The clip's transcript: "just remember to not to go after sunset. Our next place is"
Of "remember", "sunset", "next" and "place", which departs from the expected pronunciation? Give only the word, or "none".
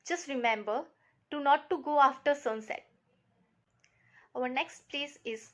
none